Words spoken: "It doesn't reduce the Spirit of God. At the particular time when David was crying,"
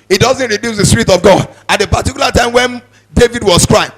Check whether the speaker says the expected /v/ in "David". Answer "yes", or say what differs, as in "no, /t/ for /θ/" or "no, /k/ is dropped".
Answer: yes